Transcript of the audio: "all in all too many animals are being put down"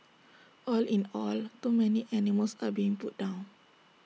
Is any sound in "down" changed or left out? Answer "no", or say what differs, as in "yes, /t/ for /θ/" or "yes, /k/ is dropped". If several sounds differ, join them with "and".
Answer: no